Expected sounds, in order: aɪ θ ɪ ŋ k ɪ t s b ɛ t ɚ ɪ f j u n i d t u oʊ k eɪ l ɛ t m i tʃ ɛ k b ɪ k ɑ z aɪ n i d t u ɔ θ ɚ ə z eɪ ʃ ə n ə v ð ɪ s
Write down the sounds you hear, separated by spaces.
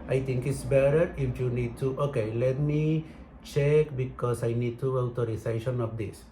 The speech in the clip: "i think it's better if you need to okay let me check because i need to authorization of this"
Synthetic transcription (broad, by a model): aɪ t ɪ ŋ k ɪ t s b ɛ t ɚ ɪ f j u n i d t u oʊ k eɪ l ɛ t m i tʃ ɛ k b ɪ k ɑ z aɪ n i d t u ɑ t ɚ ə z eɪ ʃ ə n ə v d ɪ s